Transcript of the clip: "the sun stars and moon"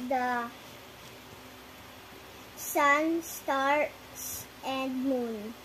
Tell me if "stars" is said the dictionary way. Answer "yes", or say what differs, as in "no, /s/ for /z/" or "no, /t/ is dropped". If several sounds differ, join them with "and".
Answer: no, /s/ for /z/